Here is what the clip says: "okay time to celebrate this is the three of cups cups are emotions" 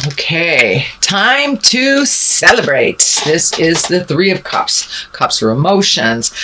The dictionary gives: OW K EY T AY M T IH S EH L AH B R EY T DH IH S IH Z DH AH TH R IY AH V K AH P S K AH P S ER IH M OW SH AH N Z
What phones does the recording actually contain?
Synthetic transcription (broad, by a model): OW K EY T AY M T IH S EH L AH B R EY T DH IH S IH Z DH AH TH R IY AH V K AH P S K AH P S ER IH M OW SH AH N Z